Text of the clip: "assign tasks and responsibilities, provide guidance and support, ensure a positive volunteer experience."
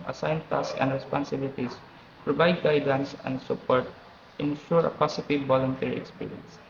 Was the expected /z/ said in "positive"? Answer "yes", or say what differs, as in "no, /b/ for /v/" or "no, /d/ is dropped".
no, /s/ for /z/